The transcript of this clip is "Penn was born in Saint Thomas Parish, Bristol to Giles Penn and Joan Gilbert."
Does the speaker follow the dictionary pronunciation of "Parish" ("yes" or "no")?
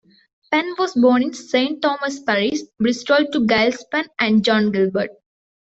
no